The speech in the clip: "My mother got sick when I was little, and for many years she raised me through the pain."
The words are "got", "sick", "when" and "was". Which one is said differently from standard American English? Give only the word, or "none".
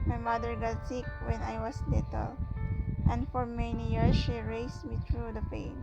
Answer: was